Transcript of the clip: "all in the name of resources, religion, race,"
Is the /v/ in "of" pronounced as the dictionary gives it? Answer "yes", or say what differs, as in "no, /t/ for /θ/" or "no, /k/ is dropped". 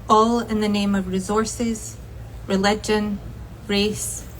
yes